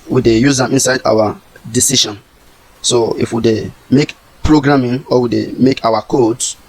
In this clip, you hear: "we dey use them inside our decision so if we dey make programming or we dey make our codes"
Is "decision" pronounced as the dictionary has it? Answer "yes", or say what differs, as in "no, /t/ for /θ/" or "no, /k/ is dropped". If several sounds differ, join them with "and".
no, /ʃ/ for /ʒ/